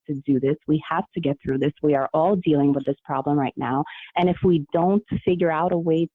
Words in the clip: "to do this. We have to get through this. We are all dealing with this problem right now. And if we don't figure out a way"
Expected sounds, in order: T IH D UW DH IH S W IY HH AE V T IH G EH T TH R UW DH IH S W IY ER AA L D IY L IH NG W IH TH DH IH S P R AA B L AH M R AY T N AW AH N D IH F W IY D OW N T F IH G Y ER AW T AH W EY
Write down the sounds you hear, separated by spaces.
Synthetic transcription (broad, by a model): T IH D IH DH IH S W IY HH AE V T IH G EH T TH R UW DH IH S W IY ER AA L D IY L IH NG W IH DH IH S P R AA B L AH M R AY T N AW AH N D IH F W IY D OW N T F IH G Y ER AW T AH W EY